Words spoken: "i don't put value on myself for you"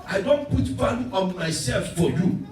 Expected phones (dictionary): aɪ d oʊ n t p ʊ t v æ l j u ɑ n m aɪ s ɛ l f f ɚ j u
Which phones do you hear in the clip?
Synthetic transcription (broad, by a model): aɪ d oʊ n t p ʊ t b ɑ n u ɑ n m aɪ s ɛ l f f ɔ j u